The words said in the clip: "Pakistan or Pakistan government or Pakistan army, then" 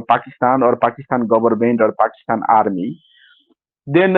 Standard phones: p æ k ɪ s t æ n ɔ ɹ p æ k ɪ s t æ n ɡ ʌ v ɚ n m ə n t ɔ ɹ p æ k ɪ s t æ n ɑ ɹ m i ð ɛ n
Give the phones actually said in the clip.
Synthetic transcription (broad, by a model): p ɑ k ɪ s t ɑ n ɔ ɹ p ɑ k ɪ s t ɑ n ɡ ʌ b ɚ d m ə n t ɔ ɹ p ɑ k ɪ s t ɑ n ɑ ɹ m i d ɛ n